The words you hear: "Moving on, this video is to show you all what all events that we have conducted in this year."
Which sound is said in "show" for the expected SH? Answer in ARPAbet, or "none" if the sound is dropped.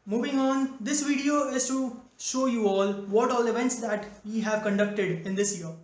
SH